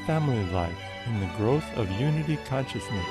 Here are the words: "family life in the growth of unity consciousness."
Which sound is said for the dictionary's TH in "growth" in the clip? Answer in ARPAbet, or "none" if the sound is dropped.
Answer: TH